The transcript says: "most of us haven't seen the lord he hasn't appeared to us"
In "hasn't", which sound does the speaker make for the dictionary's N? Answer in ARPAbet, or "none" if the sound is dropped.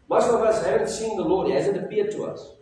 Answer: none